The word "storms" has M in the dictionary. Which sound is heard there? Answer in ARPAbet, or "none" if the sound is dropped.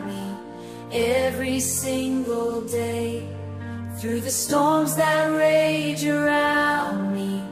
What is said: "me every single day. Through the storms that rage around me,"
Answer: M